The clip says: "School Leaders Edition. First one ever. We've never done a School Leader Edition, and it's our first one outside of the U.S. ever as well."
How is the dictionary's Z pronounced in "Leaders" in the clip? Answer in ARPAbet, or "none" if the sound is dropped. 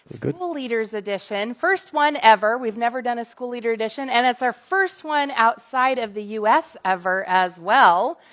Z